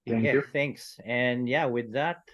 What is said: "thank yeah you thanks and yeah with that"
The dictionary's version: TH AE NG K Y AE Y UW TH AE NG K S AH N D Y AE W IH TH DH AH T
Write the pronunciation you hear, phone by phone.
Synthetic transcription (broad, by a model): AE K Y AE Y TH AE NG K S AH N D Y AE W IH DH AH T